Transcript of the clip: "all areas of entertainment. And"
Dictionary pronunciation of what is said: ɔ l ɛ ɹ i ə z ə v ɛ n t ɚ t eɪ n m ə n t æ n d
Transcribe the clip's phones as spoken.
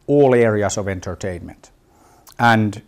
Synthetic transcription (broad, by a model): ɔ l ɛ ɹ i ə s ə v ɛ n t ɚ t eɪ n m ə n t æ n d